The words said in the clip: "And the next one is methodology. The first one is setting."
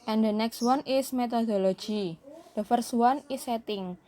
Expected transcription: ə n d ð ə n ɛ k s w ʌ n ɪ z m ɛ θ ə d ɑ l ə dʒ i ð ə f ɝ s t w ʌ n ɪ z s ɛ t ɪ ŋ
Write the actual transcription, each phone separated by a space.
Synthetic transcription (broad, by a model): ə n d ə n ɛ k s w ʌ n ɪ s m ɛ t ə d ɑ l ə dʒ i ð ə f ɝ s w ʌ n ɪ s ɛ t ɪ ŋ